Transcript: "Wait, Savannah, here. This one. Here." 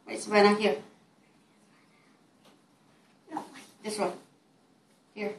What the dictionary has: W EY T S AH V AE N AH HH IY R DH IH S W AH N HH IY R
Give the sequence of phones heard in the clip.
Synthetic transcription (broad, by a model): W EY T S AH B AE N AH HH IY R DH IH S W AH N HH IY R